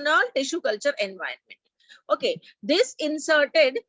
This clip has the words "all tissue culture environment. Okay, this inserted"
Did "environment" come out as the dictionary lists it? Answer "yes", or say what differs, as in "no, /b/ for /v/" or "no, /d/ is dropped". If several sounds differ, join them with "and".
no, /ɹ/ is dropped